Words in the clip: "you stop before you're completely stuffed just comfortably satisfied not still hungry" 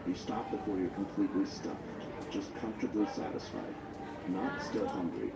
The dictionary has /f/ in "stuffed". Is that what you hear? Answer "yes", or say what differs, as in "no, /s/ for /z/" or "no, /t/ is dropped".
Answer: yes